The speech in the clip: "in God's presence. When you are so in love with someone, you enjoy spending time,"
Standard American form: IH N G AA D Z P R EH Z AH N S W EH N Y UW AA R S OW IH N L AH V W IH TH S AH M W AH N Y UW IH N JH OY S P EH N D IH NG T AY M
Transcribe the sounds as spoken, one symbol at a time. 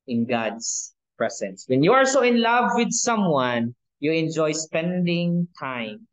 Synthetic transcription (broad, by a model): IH N G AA D S P R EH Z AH N S W EH N Y UW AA L S OW IH N L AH V W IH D S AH M W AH N Y UW IH N JH OY S P EH N D IH NG T AY M